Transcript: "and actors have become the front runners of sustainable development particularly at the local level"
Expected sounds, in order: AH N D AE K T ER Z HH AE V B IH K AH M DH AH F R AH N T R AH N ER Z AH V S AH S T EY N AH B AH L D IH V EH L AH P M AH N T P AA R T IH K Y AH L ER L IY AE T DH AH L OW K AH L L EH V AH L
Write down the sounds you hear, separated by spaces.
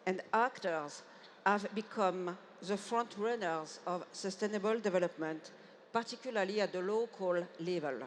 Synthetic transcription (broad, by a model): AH N D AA K T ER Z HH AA V B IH K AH M DH AH F R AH N T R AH N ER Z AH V S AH S T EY N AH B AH L D IH V EH L AH P M AH N T P AA R T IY K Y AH L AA L IY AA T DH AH L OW K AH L L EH V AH L